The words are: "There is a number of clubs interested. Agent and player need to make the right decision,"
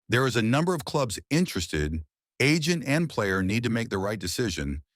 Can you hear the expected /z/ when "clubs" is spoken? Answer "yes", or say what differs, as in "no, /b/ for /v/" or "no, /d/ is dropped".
yes